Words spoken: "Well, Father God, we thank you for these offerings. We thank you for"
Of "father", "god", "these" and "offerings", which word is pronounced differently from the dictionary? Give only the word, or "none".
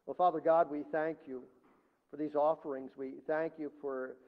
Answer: none